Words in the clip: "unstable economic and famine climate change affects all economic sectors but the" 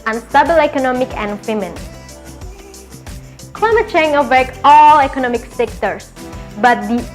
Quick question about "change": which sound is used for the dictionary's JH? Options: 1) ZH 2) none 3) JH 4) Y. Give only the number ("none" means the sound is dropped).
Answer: 2